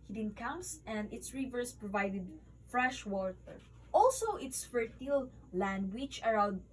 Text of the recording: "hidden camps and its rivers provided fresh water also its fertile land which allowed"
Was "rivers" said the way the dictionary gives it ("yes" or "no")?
no